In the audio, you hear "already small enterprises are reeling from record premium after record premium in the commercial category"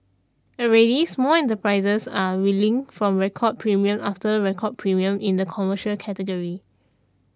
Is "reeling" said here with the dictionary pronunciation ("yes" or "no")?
no